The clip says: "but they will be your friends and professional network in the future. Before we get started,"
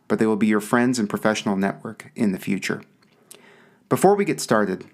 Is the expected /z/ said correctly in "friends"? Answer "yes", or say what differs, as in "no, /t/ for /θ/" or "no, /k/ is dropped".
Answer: yes